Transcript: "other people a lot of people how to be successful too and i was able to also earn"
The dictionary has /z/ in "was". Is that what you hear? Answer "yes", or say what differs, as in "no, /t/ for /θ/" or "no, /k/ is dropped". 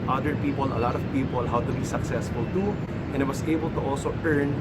no, /s/ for /z/